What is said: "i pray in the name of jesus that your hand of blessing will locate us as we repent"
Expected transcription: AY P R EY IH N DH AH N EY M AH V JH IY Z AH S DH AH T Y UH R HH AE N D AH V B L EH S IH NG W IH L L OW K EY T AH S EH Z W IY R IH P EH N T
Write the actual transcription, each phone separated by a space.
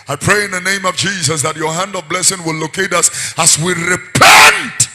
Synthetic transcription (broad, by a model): AY P R EY IH N DH AH N EY M AH V JH IY Z AH S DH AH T Y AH R HH AE N D AH V B L EH S IH NG W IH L L OW K EY T AH S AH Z W IY R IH P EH N T